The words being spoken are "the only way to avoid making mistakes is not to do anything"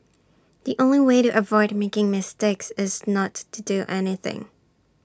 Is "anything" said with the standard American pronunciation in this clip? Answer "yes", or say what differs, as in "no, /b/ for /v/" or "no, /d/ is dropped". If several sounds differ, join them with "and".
yes